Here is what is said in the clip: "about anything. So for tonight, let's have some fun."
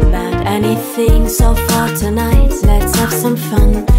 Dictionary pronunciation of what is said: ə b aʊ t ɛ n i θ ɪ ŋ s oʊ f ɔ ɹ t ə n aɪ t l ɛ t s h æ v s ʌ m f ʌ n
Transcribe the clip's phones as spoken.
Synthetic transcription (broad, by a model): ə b aʊ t ɛ n i θ ɪ ŋ s oʊ f ɔ ɹ t ə n aɪ t l ɛ t s h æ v s ʌ m f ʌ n